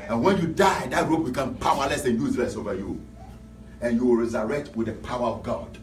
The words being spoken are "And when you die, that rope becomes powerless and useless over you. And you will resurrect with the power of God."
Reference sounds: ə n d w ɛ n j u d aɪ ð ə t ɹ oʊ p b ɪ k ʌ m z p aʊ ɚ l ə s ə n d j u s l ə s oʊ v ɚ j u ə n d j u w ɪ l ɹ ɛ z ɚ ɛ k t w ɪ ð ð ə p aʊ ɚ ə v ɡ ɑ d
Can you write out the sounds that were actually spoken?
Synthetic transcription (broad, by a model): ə n w ɛ n j u d aɪ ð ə t ɹ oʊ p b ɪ k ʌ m p aʊ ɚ l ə s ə n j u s l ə s oʊ v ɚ j u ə n j u w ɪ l ɹ ɛ z ɚ ɛ k t w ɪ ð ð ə p aʊ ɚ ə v ɡ ɑ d